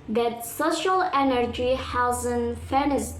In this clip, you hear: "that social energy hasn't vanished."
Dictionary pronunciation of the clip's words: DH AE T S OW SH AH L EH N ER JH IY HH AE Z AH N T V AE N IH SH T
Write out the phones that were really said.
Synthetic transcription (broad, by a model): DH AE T S OW SH AH L EH N ER JH IY HH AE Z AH N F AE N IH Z